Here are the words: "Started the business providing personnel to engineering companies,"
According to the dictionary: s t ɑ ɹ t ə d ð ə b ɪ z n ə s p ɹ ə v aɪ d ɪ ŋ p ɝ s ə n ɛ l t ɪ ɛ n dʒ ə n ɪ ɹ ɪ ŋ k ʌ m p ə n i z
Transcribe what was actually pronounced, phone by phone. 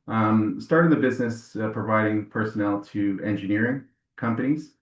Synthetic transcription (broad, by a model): s t ɑ ɹ t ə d ð ə b ɪ z n ə s p ɹ ə v aɪ d ɪ ŋ p ɝ s ə n ɛ l t ɪ ɛ n dʒ ə n ɪ ɹ ɪ ŋ k ʌ m p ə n i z